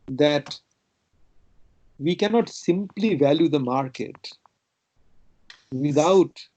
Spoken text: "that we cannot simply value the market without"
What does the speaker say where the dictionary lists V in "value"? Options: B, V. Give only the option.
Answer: V